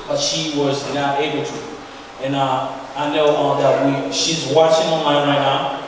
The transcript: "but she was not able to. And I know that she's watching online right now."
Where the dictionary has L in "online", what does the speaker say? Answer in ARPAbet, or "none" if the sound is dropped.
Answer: none